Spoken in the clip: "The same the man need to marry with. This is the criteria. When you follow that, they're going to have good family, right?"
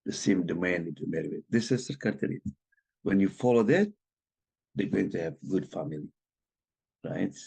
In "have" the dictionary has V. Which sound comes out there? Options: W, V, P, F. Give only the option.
V